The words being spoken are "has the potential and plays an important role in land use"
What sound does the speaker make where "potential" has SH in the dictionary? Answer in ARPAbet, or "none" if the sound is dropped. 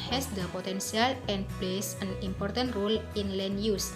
S